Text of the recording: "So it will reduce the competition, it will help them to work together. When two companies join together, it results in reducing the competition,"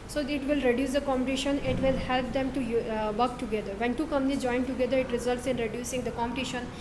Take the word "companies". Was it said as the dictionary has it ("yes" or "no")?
no